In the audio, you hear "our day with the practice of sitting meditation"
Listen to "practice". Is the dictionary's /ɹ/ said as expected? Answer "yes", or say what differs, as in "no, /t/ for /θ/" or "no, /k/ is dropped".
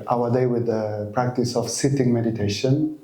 yes